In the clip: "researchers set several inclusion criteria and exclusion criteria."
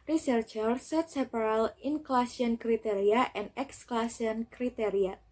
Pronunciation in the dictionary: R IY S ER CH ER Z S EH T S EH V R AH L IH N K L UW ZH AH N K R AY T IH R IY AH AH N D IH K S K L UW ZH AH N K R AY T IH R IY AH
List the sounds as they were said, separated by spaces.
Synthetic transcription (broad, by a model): R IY S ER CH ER S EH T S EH P R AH L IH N K L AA S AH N K R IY T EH R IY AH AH N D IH K S K L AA S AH N K R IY T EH R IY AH